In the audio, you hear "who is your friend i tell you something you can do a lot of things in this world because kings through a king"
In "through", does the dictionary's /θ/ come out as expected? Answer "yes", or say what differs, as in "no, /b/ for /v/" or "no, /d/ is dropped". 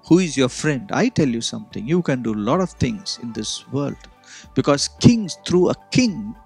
no, /t/ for /θ/